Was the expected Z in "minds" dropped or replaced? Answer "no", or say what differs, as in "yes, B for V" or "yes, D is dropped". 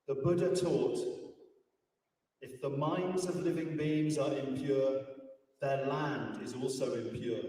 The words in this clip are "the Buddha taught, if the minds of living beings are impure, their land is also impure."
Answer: no